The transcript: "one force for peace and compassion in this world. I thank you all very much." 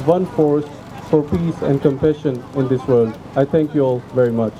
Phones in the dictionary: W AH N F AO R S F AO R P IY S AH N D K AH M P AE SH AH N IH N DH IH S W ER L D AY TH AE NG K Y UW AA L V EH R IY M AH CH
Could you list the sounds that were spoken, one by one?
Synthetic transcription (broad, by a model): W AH N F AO R S F AO R P IY S AH N D K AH M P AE SH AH N IH N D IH S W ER L D AY T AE NG K Y UW AA L V EH R IY M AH CH